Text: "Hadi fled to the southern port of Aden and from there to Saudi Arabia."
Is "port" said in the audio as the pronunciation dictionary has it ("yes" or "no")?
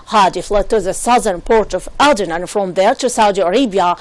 yes